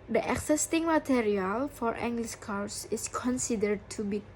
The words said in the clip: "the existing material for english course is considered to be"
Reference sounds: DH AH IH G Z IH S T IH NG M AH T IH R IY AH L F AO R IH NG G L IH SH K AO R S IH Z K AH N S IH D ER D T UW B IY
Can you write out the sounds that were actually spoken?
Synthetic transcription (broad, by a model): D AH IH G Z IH S T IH NG M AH T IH R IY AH L F AO R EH NG G L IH S K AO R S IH S K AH N S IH D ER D T UW B IY